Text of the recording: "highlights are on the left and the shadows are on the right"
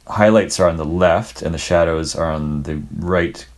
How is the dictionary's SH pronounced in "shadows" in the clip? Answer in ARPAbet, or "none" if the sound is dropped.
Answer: SH